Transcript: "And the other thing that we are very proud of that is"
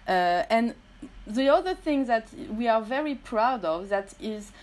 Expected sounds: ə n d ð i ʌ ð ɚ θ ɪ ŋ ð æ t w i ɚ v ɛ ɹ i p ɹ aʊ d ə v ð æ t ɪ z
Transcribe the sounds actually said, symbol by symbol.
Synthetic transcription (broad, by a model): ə n ð i ʌ ð ɚ θ ɪ ŋ ð æ t w i ɚ v ɛ ɹ i p ɹ aʊ d ə v ð æ t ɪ z